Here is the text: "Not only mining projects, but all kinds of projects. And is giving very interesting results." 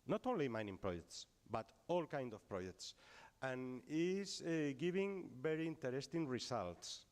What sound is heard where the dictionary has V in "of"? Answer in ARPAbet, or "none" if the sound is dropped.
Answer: F